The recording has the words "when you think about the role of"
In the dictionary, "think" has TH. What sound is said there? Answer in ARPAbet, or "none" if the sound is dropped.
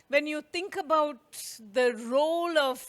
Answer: T